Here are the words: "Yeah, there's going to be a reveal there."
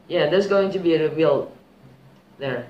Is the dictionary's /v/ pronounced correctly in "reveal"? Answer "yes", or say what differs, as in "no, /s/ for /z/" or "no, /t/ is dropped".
no, /w/ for /v/